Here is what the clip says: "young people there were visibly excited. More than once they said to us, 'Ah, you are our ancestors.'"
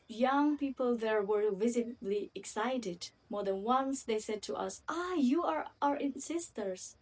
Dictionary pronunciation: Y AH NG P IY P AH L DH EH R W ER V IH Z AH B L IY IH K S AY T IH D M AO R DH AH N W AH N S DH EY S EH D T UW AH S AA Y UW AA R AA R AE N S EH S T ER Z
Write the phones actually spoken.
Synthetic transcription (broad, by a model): Y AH NG P IY P AH L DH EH R W ER V IH Z AH B L IY IH K S AY T IH D M AO R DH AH N W AH N S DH EY S EH D T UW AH S AA Y UW AA R AA R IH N S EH S T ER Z